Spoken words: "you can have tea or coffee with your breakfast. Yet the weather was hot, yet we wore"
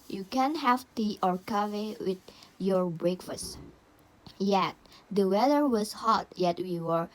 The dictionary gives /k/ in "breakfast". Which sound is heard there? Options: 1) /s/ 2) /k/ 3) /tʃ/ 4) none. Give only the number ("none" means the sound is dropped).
2